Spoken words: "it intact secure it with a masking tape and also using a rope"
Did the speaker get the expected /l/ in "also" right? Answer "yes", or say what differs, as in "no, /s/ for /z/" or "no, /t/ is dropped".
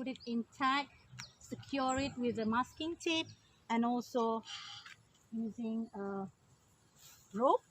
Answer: yes